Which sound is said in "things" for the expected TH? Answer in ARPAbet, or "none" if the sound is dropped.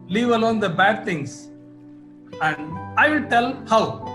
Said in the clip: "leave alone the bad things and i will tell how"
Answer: T